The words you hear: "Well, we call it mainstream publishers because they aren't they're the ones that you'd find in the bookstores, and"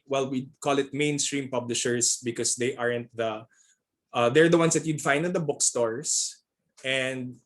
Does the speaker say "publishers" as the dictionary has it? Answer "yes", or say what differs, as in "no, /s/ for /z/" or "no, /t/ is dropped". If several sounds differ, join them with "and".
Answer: no, /s/ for /z/